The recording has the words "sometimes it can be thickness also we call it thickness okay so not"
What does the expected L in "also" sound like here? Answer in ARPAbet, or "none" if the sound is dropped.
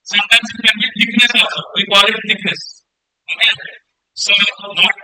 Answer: none